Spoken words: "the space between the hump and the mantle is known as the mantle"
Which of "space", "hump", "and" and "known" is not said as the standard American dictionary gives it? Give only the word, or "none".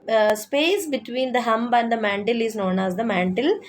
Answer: hump